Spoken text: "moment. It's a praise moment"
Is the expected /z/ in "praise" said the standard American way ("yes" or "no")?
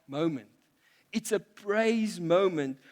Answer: yes